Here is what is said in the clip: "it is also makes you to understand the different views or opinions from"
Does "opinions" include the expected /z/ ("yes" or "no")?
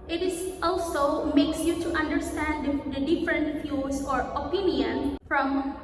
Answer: no